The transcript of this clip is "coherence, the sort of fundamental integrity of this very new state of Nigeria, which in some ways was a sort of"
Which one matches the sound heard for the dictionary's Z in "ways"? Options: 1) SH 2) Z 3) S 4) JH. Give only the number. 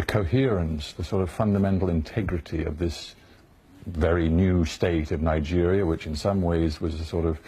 2